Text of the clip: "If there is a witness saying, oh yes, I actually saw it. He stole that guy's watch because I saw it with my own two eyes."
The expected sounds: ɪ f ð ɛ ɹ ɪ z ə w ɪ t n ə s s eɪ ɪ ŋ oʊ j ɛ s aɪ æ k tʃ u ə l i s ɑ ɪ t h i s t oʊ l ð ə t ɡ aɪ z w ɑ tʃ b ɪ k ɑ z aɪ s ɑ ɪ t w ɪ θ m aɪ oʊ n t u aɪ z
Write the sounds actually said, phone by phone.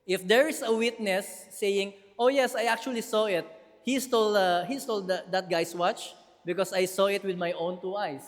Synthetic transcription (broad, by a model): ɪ f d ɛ ɹ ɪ s ə w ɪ t n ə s s eɪ ɪ ŋ oʊ j ɛ s aɪ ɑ k tʃ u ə l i s ɑ ɪ t h i s t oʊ l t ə t ɡ aɪ s w ɑ tʃ b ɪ k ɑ s aɪ s ɑ ɪ t w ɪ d m aɪ oʊ n t u aɪ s